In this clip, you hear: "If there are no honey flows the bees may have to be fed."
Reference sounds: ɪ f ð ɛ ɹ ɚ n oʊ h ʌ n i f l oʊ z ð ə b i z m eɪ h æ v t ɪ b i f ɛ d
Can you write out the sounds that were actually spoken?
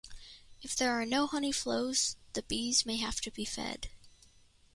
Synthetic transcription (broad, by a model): ɪ f ð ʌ ɹ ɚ n oʊ h ʌ n i f l oʊ z ð ə b i z m eɪ h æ f t ɪ b i f ɛ d